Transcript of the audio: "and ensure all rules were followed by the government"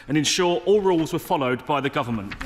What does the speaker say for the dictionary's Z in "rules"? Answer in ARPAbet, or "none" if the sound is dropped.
Z